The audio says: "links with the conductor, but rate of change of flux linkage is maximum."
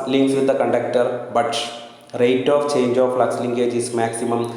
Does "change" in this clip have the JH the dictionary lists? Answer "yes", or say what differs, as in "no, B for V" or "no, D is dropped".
yes